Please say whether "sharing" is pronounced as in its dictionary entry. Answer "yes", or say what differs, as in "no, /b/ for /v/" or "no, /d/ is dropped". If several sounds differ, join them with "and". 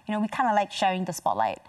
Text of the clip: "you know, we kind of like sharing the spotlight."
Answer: no, /ɹ/ is dropped